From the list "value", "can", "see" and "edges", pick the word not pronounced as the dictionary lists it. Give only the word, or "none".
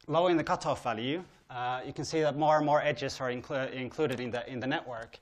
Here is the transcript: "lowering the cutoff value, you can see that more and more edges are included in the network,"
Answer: none